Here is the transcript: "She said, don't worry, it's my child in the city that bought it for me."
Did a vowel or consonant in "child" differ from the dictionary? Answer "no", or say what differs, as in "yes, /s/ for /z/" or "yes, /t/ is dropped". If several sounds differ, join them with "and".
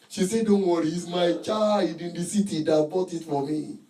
yes, /l/ is dropped